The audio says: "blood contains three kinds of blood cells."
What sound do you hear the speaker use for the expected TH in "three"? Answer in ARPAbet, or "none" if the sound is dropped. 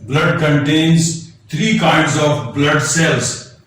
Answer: T